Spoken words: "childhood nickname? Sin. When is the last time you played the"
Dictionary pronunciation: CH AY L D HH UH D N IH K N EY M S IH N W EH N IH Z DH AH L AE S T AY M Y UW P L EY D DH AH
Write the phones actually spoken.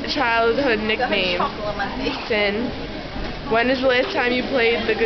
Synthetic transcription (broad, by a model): CH AY L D HH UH D N IH K N EY M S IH N W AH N IH Z DH AH L AE S T AY M Y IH P L EY D DH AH